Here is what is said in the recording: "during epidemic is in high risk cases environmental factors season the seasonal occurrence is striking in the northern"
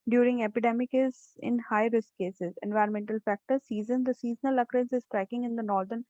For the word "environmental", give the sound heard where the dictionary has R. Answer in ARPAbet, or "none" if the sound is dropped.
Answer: R